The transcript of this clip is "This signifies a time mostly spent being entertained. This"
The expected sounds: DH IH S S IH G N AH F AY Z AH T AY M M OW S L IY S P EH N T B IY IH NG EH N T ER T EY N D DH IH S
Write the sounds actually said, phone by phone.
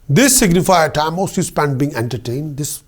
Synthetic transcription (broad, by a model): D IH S S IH G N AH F AY AH T AY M M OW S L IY S P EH N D B IY IH NG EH N T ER T EY N D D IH S